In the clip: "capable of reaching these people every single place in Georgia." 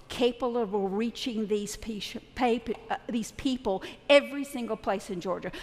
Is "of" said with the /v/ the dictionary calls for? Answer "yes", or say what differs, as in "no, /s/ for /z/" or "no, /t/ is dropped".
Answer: no, /b/ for /v/